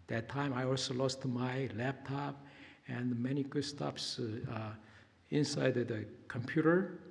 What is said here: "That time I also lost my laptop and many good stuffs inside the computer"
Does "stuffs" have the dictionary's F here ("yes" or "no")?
no